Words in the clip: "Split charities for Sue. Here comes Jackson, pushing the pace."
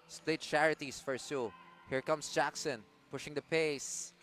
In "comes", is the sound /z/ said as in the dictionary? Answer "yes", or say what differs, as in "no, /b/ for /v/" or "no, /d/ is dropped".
no, /s/ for /z/